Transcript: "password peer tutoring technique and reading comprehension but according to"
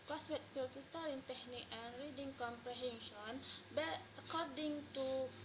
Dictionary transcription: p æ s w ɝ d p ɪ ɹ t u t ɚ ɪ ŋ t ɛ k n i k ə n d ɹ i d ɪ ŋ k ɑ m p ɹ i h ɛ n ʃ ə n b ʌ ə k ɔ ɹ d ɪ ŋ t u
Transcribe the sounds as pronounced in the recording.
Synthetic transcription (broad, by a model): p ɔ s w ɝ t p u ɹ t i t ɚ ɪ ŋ t ɛ k n i k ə n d ɹ i d ɪ ŋ k ɑ m p ɹ i h ɛ n ʃ ə n b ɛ ə k ɔ ɹ d ɪ ŋ t u